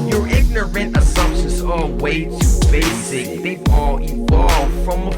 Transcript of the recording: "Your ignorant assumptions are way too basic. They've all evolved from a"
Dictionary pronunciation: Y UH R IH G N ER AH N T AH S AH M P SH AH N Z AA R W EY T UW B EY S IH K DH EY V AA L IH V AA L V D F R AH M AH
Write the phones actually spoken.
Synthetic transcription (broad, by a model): Y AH R IH G N ER AH N T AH S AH M P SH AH N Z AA L W EY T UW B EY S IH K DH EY AA L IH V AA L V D F R AH M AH